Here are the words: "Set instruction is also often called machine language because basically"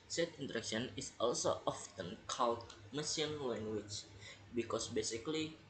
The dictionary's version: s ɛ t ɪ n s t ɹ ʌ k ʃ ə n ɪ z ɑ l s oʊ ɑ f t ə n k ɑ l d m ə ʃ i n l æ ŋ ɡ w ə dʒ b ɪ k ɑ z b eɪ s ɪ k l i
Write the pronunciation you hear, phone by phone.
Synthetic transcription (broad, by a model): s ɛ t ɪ n t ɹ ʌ k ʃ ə n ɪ s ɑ l s oʊ ɑ f t ə n k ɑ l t m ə s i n l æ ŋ ɡ w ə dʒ b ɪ k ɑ s b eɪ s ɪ k l i